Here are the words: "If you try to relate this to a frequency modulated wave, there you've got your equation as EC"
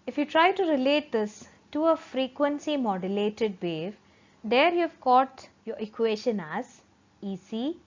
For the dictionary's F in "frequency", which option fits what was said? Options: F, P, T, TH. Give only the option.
F